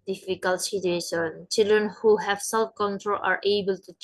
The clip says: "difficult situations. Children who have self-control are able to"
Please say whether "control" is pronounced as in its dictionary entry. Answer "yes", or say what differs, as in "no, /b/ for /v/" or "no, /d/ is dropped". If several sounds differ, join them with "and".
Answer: yes